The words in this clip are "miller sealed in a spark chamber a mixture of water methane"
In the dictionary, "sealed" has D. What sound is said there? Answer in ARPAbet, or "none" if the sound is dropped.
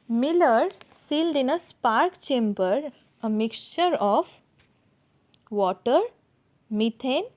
D